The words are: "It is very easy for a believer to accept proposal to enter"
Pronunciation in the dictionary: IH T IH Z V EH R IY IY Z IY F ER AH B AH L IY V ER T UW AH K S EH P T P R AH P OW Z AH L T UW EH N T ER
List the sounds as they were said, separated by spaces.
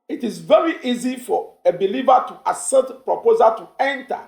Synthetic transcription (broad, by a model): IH T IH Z V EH R IY IY Z IY F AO AH B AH L IY V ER T UW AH S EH T P R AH P OW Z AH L T UW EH N T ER